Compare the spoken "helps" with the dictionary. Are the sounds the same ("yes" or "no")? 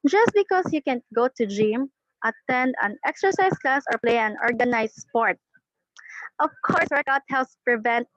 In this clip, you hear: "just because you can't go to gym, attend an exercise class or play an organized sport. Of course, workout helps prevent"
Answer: no